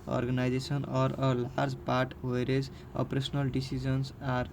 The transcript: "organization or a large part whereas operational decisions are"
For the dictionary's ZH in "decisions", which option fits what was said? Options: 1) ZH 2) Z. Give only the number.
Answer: 2